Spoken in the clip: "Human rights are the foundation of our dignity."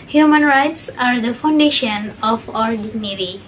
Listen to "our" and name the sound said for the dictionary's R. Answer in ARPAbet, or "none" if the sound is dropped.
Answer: R